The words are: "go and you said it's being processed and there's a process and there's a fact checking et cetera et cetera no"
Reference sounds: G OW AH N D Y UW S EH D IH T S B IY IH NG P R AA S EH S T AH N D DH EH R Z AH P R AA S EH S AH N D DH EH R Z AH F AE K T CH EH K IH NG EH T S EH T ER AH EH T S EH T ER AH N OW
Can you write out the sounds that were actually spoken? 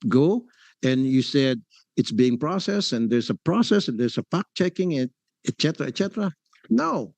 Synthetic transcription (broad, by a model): G OW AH N Y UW S EH D IH T S B IY IH NG P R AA S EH S AH N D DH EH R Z AH P R AA S EH S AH N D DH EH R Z AH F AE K CH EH K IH NG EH T S EH T ER AH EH T S EH T ER AH N OW